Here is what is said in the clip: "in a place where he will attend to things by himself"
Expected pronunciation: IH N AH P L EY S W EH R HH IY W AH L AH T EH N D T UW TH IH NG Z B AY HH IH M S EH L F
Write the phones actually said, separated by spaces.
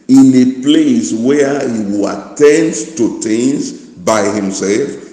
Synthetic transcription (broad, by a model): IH N AH P L EY S W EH HH IY W AH L AH T EH N D T UW T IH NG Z B AY HH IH M S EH L F